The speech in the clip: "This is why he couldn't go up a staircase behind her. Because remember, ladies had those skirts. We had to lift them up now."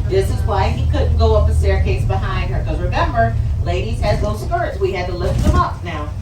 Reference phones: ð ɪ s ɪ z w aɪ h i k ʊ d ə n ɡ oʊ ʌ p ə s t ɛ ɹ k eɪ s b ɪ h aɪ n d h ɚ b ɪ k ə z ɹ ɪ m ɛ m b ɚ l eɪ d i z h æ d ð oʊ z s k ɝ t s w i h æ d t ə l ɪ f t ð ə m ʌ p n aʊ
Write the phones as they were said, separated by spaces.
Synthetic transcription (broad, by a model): ð ɪ s ɪ z w aɪ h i k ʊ d n ɡ oʊ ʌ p ə s t ɛ ɹ k eɪ s b ɪ h aɪ n d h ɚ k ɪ ə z ɹ ɪ m ɛ m b ɚ l eɪ d i z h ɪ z ð oʊ z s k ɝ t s w i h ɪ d t ə l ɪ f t ð ə m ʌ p n aʊ